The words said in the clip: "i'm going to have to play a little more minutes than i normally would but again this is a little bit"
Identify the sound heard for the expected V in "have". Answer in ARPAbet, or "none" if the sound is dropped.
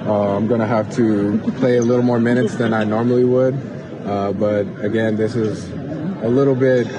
F